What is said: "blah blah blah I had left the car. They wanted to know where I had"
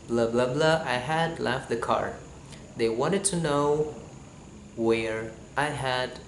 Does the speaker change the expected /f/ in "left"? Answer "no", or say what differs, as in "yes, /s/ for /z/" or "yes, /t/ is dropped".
no